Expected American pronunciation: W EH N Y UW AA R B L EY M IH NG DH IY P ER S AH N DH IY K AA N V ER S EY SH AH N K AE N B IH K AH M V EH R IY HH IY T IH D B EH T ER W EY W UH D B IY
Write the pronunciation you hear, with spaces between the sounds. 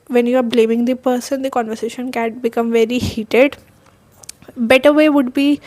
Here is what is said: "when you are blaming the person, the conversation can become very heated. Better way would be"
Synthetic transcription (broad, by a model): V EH N Y UW AA R B L EY M IH NG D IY P ER S AH N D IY K AA N V ER S EY SH AH N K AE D B IH K AH M V EH R IY HH IY T IH D B EH T ER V EY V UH D B IY